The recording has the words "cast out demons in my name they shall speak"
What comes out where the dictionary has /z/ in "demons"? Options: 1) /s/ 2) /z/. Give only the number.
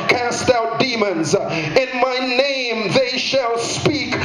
2